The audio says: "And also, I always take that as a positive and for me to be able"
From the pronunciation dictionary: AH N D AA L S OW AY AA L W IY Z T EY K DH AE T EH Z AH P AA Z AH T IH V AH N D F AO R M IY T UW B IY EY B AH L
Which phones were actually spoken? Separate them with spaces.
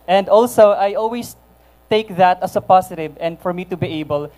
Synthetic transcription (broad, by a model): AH N D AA L S OW AY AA L W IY S T EY K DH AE T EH S AH P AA S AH T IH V AH N D F AO R M IY T UW B IY EY B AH L